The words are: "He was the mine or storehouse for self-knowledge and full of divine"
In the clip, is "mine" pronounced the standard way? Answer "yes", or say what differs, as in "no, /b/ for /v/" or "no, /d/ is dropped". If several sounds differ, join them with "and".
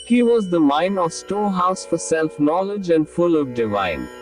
yes